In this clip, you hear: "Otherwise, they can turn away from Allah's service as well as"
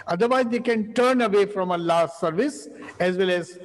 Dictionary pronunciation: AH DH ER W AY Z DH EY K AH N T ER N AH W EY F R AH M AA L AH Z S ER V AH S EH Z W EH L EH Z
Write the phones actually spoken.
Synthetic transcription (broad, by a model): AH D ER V AY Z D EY K AH N T ER N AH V EY F R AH M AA L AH S ER V AH S EH Z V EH L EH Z